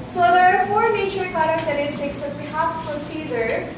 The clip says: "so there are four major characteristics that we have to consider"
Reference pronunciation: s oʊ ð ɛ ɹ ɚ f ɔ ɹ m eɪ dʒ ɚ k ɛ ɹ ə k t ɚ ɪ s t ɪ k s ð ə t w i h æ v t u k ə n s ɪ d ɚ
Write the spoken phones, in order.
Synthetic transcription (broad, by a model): s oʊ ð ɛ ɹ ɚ f ɔ ɹ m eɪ tʃ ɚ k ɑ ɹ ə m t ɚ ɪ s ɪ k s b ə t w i h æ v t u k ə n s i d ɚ